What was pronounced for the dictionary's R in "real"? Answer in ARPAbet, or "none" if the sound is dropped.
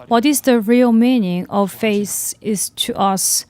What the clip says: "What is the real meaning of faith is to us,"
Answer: R